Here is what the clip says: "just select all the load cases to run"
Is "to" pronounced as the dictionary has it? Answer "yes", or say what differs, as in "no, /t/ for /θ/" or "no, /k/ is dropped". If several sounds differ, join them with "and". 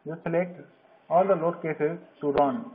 no, /s/ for /t/